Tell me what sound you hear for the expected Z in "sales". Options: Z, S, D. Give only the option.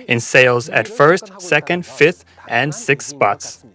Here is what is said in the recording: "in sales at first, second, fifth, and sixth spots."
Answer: Z